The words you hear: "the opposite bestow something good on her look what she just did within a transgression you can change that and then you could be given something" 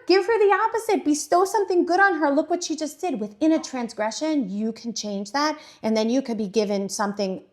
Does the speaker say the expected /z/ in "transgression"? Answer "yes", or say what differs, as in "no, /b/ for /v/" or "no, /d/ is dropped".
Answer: yes